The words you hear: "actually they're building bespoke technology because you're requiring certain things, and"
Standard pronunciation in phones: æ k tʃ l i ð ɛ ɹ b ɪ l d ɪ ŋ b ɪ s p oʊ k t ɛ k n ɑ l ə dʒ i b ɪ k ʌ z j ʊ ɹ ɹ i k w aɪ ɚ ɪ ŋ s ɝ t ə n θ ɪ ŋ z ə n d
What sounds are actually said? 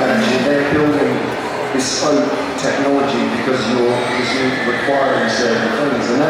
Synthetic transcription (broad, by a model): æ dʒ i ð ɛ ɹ b ɪ l d ɪ ŋ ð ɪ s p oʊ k t ɛ k n ɑ l ə dʒ i b ɪ k ʌ z j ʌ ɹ ɹ i k w aɪ ɚ ɪ ŋ s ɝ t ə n θ ɪ ŋ z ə n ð